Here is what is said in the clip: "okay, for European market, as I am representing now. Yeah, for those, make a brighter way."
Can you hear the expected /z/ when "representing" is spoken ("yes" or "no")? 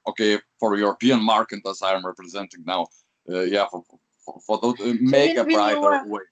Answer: yes